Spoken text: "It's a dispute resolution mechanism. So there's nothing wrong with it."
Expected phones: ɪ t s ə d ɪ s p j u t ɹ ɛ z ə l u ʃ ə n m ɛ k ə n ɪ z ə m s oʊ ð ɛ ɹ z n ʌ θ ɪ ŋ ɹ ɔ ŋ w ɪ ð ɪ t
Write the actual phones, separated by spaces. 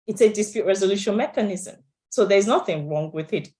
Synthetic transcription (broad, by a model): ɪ t s ə d ɪ s p j u t ɹ ɛ z ə l u ʃ ə n m ɛ k ə n ɪ z ə m s oʊ ð ɛ ɹ z n ʌ θ ɪ ŋ ɹ ɔ ŋ w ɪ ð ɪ t